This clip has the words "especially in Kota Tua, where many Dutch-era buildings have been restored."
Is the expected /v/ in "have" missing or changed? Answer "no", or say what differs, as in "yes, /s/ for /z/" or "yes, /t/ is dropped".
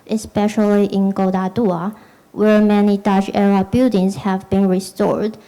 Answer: no